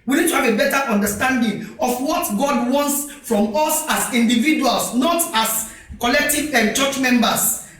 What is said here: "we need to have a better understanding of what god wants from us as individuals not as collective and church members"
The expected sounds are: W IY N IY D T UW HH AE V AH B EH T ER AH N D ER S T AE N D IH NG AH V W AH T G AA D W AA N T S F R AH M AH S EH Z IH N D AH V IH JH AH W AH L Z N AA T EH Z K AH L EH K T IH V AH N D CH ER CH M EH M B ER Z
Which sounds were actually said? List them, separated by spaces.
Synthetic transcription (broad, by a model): W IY N IY D T UW HH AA V AH B EH T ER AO N D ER S T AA N D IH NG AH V W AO T G AA D W AA N T S F R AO M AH S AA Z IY N D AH V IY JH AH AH L S N AA T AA S K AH L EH K T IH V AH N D CH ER CH M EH M B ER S